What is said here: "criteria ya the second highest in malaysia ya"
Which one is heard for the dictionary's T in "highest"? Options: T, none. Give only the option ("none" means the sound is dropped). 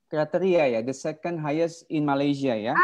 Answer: none